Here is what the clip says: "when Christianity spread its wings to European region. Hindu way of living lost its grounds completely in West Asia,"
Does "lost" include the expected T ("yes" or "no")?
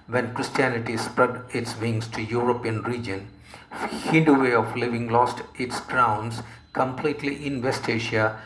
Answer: yes